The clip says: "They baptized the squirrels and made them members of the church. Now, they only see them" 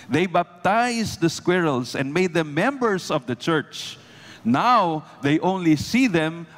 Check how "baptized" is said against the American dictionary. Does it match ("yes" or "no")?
no